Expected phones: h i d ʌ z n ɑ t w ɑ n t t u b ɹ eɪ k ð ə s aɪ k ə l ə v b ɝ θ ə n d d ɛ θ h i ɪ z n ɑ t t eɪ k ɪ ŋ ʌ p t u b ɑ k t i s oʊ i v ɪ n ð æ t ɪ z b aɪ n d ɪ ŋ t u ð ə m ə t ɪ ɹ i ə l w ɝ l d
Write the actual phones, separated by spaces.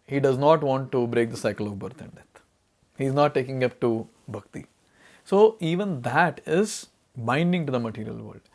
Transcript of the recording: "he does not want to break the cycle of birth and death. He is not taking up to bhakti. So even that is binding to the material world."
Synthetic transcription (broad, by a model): h i d ʌ z n ɑ t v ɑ n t t u b ɹ eɪ k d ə s aɪ k ə l ə v b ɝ t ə n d d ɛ t h i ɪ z n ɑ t t eɪ k ɪ ŋ ʌ p t u b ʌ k t i s oʊ i v ɪ n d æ t ɪ z b aɪ n d ɪ ŋ t u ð ə m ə t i ɹ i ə l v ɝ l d